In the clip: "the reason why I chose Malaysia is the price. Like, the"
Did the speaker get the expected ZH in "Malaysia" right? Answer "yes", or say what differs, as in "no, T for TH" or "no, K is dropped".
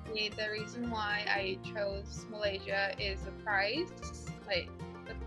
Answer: yes